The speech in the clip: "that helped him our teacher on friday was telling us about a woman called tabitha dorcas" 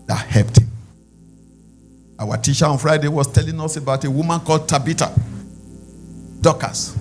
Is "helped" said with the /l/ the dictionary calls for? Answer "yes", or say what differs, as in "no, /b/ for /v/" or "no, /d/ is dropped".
no, /l/ is dropped